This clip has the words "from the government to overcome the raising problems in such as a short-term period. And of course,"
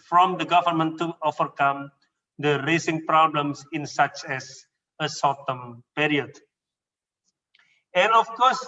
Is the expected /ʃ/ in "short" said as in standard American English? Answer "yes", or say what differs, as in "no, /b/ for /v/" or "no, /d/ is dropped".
no, /s/ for /ʃ/